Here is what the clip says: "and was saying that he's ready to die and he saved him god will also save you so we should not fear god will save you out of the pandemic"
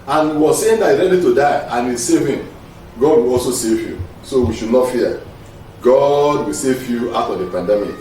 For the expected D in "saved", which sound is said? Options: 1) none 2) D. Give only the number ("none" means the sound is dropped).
1